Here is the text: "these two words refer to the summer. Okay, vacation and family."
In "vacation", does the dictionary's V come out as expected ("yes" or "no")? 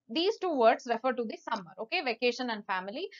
yes